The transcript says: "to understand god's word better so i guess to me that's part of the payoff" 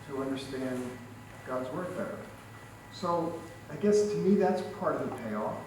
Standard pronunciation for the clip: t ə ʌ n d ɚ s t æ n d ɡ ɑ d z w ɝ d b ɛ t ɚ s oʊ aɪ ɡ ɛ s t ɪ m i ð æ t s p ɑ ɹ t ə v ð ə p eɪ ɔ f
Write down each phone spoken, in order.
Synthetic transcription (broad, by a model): t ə ʌ n d ɚ s t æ n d ɡ ɑ d z w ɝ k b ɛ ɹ s oʊ aɪ ɡ ɛ s t ɪ m i ð æ t s p ɑ ɹ t ə v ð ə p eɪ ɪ